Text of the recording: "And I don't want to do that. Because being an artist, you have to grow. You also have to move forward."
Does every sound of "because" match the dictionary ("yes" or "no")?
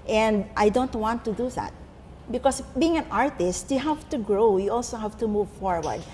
no